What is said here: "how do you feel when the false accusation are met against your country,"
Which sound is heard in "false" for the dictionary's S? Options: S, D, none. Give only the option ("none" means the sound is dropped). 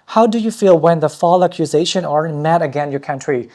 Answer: none